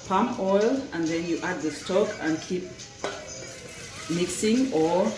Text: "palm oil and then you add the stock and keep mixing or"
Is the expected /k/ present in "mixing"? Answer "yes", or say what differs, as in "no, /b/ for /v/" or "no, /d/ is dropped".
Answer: yes